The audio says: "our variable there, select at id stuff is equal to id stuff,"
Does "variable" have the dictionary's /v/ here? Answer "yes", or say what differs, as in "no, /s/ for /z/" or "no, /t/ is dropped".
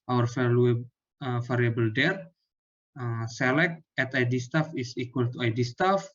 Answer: no, /f/ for /v/